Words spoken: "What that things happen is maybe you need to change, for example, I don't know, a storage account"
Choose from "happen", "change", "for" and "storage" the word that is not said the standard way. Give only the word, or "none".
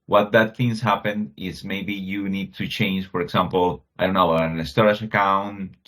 storage